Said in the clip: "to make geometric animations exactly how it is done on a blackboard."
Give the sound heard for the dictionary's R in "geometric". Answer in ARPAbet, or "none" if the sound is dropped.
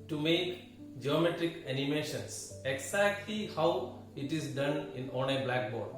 R